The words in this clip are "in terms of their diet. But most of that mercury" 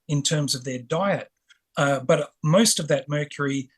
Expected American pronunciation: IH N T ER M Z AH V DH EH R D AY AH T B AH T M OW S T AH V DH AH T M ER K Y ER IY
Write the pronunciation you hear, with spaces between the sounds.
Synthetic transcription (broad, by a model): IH N T ER M Z AH V DH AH R D AY AH T B AH T M OW S T AH V DH AH T M ER K Y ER IY